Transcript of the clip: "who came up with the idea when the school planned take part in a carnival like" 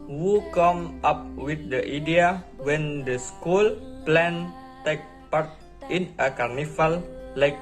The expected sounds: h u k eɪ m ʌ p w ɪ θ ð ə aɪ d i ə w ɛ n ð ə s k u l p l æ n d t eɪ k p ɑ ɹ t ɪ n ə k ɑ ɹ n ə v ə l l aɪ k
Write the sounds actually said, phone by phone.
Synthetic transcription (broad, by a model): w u k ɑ m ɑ p w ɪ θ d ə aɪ d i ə w ɛ n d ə s k u l p l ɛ n t eɪ k p ɑ ɹ t ɪ n ə k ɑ ɹ n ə f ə l l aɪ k